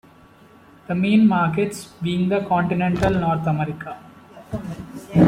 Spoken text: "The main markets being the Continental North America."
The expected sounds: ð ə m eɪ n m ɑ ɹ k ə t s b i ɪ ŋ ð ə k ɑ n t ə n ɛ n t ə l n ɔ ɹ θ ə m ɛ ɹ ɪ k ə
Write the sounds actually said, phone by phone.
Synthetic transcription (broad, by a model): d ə m eɪ n m ɑ ɹ k ə t s b i ɪ ŋ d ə k ɑ n t ə n ɛ n t ə l n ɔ ɹ t ə m ɛ ɹ ɪ k ə